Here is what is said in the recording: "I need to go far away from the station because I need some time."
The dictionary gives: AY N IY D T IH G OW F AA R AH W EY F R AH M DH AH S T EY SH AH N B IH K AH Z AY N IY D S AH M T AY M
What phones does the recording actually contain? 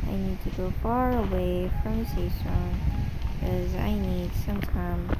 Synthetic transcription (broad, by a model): AY N IY D T IH G OW F AA R AH W EY F R AH M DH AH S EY S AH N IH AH Z AY N IY D S AH M T AY M